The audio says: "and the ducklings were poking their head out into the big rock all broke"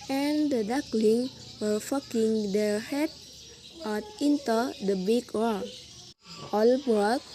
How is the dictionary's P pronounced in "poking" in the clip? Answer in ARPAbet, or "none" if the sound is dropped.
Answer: F